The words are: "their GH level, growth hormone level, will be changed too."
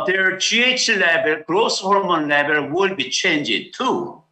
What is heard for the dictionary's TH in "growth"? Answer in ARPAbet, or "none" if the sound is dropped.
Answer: S